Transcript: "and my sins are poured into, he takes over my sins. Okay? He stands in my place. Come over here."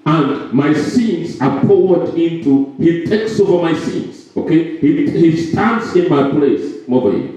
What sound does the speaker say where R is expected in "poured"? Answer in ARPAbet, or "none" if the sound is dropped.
W